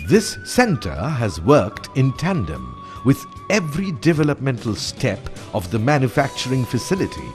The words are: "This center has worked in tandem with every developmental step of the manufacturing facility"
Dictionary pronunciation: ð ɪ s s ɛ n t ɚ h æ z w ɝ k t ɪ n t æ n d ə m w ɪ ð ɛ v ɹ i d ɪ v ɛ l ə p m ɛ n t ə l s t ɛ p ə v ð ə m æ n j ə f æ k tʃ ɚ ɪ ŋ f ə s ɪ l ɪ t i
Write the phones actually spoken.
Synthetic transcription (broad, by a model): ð ɪ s s ɛ n t ɚ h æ z w ɝ k t ɪ n t æ n d ə m w ɪ ð ɛ v ɹ i d ɪ v ɛ l ə p m ɛ n t ə l s t ɛ p ə v ð ə m æ n j ə f æ k tʃ ɚ ɪ ŋ f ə s ɪ l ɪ t i